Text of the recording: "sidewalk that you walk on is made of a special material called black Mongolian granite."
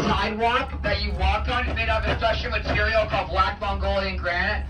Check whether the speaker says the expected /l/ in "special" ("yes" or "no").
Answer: no